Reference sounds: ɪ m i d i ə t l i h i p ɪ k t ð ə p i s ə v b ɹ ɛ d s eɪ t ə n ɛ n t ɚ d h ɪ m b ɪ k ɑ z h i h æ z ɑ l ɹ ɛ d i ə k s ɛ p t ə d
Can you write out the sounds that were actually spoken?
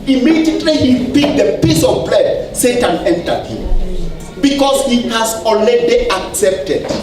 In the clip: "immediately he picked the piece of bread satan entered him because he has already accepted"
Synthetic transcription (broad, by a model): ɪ m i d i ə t l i h i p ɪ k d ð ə p i s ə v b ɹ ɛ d s eɪ t ə n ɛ n t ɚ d h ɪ m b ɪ k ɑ s h i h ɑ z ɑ n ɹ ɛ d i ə k s ɛ p t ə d